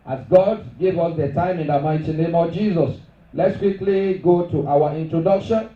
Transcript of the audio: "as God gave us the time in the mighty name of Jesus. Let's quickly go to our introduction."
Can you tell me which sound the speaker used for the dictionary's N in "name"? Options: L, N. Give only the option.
N